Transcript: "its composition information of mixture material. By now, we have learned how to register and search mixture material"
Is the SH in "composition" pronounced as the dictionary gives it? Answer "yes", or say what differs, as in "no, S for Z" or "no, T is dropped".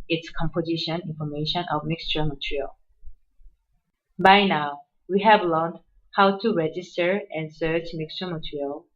yes